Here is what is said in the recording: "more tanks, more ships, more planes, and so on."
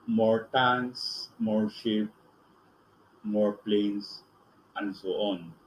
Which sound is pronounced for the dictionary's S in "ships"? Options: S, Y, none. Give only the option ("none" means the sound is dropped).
none